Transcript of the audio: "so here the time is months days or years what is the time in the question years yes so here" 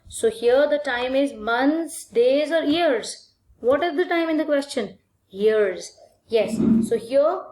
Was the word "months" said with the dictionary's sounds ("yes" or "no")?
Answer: no